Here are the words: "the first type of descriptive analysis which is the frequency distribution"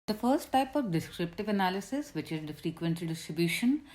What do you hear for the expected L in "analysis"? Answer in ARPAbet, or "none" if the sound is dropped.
L